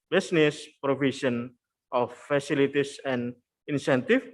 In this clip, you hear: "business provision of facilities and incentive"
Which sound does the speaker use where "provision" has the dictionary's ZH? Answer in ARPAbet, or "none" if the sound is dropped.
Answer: SH